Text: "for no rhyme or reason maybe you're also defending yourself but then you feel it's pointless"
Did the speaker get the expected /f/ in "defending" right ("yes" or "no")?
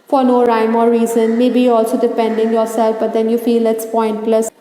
no